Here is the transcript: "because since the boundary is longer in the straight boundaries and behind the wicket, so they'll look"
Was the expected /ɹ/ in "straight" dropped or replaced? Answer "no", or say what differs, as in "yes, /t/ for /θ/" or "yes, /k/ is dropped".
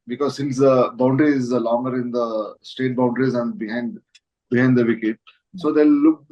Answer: yes, /ɹ/ is dropped